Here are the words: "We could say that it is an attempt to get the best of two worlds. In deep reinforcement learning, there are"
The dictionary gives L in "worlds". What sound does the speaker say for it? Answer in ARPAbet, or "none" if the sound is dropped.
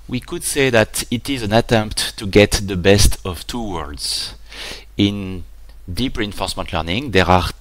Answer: none